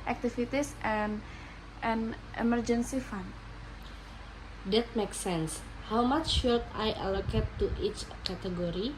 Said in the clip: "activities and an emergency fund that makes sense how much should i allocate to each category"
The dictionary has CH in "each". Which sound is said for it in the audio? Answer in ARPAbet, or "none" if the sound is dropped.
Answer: CH